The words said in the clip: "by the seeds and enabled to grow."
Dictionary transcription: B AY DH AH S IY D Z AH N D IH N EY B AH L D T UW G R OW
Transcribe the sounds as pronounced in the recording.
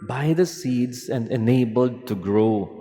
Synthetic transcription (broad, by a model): B AY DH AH S IY D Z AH N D IH N EY B AH L D T UW G R OW